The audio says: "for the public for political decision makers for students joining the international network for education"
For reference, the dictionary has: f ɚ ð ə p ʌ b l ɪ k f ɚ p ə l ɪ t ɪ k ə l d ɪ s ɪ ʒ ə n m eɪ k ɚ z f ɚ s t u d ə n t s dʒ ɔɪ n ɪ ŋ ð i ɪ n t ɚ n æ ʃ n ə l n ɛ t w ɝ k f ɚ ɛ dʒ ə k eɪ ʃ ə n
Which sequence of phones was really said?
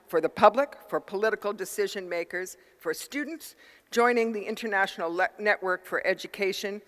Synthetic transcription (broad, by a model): f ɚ ð ə p ʌ b l ɪ k f ɚ p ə l ɪ t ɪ k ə l d ɪ s ɪ ʒ ə n m eɪ k ɚ z f ɚ s t u d n t s dʒ ɔɪ n ɪ ŋ ð i ɪ n t ɚ n æ ʃ n l n ɛ t w ɝ k f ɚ ɛ dʒ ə k eɪ ʃ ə n